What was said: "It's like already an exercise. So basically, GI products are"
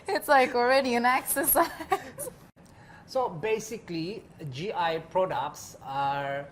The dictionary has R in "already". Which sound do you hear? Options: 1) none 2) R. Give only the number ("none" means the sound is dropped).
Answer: 2